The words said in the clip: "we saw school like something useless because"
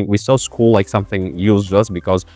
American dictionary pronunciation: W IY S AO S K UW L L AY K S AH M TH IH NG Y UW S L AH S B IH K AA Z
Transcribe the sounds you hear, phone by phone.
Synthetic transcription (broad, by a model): W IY S AO S K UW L L AY K S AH M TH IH NG Y UW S AH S B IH K AA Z